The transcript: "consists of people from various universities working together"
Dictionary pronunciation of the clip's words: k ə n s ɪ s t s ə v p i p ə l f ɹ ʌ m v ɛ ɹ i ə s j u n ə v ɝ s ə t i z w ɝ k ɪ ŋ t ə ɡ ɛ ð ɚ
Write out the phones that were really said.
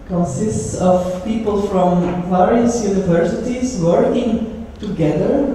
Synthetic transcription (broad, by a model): k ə n s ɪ s t s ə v p i p ə l f ɹ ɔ m p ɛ ɹ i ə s j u n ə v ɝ s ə t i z w ɝ k ɪ ŋ t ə ɡ ɛ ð ɚ